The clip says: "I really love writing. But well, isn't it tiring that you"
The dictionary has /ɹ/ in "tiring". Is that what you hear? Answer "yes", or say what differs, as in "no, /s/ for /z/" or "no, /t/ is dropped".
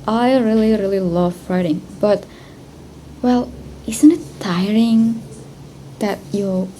yes